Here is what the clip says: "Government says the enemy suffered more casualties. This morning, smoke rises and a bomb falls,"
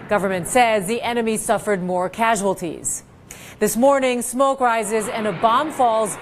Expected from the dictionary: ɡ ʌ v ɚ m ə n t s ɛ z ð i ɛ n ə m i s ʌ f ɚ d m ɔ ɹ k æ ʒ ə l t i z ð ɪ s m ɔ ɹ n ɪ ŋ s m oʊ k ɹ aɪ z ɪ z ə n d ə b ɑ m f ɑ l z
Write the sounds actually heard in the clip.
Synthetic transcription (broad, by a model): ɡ ʌ v ɚ m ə n t s ɛ z ð i ɛ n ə m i s ʌ f ɚ d m ɔ ɹ k æ ʒ ə l t i z ð ɪ s m ɔ ɹ n ɪ ŋ s m oʊ k ɹ aɪ z ɪ z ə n ə b ɑ m f ɑ l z